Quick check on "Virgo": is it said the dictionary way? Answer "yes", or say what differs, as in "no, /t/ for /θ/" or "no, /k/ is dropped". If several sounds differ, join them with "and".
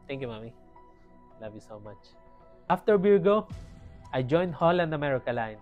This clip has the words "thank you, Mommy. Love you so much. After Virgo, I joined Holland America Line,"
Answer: no, /w/ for /v/